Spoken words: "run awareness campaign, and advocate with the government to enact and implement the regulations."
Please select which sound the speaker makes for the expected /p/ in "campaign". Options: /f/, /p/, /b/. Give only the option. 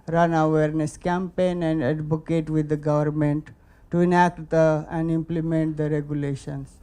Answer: /p/